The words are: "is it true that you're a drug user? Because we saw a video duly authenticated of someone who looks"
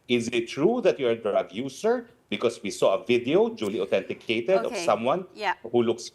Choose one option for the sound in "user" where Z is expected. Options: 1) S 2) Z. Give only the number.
1